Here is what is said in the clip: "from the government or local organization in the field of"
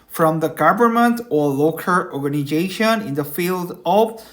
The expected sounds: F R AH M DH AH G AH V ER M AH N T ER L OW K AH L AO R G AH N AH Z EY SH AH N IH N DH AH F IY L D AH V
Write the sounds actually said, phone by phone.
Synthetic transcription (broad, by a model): F R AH M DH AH G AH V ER M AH N T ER L OW K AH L AO R G AH N AH Z EY SH AH N IH N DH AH F IY L D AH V